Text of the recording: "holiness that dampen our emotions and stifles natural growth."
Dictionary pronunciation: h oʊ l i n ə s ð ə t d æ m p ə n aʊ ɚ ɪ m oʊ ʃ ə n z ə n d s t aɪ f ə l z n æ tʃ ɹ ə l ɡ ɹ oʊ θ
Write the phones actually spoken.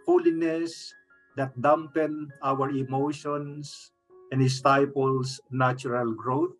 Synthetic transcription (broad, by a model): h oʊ l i n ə s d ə t d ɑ m p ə n aʊ ɚ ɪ m oʊ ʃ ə n s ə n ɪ s t aɪ p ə l s n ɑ tʃ ɹ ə l ɡ ɹ oʊ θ